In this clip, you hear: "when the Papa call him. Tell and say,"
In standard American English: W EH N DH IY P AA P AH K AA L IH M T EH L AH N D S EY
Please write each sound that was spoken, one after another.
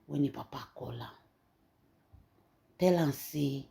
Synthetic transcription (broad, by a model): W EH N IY P AA P AH K AA L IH T EH L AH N S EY